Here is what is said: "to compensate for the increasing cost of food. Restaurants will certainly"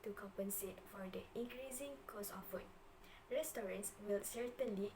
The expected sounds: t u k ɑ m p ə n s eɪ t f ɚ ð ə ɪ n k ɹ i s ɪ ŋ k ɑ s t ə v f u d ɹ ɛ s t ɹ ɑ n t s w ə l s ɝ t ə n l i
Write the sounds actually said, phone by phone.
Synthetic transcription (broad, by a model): t u k ɑ m p ə n s eɪ t f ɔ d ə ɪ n k ɹ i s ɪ ŋ k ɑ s ə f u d ɹ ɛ s t ɹ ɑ n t s w ə l s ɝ t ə n l i